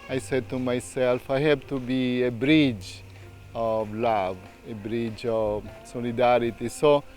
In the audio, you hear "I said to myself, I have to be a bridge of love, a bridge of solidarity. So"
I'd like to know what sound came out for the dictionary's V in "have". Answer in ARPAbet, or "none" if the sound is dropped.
B